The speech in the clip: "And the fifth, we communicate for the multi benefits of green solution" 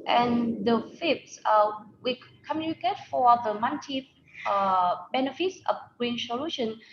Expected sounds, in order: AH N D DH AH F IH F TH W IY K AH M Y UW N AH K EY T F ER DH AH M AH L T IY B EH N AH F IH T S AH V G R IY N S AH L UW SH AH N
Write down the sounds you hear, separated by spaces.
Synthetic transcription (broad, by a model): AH N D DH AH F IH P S W IY K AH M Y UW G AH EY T F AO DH AH M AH N T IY B EH N AH F IH T S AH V G R IY N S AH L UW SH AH N